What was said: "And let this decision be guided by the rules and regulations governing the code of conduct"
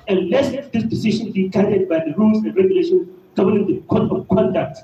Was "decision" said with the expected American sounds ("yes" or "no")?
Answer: no